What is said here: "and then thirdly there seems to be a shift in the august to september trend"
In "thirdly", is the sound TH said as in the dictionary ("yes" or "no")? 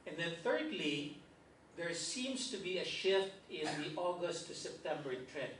yes